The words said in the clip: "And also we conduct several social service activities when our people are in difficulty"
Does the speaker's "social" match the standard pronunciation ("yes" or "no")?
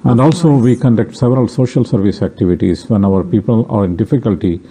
yes